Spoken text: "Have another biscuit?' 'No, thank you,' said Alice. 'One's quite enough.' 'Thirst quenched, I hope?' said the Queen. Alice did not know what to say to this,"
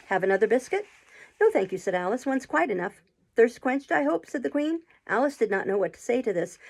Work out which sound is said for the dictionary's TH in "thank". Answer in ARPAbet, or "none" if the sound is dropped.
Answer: TH